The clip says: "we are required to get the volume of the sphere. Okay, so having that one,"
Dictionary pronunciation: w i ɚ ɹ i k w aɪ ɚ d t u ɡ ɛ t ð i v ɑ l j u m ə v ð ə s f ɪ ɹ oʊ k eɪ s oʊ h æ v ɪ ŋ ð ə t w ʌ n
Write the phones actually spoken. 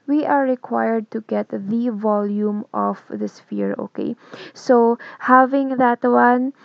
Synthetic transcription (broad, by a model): w i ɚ ɹ i k w aɪ ɚ d t u ɡ ɛ t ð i v ɑ l j u m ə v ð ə s f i ɹ oʊ k eɪ s oʊ h æ v ɪ ŋ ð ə t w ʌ n